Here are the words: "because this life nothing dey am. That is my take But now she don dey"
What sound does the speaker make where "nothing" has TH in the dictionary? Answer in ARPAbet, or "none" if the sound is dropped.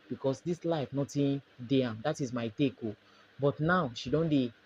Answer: T